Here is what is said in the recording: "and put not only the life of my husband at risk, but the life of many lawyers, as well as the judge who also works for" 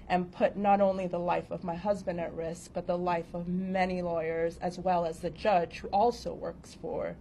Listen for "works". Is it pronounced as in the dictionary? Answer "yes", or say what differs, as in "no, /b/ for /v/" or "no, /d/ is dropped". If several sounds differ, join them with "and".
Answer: yes